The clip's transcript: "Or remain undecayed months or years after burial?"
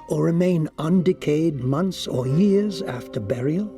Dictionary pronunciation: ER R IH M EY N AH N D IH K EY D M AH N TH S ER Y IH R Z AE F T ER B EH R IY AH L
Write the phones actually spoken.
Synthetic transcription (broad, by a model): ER R IH M EY N AH N D IH K EY D M AH N TH S ER Y IH R Z AE F T ER B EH R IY L